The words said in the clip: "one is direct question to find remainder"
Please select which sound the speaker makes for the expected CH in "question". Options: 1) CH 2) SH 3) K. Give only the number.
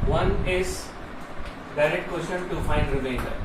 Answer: 2